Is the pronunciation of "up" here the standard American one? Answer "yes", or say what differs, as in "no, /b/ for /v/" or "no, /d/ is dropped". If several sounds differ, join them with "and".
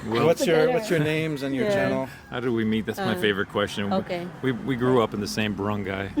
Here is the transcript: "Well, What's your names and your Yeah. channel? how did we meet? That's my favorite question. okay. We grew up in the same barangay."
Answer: yes